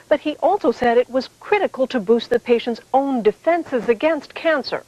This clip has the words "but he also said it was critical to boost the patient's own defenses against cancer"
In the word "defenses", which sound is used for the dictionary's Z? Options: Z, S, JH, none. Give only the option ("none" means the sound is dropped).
Z